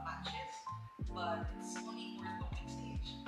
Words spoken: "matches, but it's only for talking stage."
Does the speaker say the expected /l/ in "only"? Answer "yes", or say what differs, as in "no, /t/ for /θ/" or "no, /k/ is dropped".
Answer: no, /l/ is dropped